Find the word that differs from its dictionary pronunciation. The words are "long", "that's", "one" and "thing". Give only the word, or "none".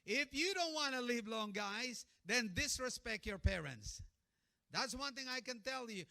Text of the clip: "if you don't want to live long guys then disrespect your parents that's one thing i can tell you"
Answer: none